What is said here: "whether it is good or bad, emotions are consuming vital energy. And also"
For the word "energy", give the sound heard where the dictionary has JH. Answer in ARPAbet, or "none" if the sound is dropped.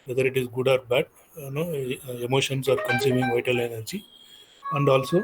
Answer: CH